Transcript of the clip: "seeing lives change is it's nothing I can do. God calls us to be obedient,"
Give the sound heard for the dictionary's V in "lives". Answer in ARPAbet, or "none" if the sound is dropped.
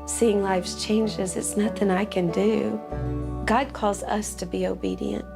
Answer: F